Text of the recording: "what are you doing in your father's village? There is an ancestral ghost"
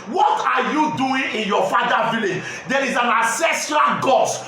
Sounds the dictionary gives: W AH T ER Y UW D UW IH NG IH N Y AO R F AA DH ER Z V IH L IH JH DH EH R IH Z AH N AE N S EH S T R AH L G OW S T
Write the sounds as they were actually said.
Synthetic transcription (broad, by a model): W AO T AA Y UW D UW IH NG IH N Y AO F AA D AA V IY L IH JH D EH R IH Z AH N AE S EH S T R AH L G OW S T